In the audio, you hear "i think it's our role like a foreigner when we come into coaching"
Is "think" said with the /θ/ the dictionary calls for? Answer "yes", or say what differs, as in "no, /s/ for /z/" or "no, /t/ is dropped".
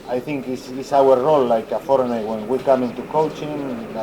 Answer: yes